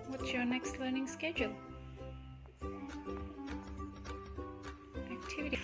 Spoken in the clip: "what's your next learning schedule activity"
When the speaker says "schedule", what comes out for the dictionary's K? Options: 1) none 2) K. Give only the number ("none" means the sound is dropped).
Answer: 2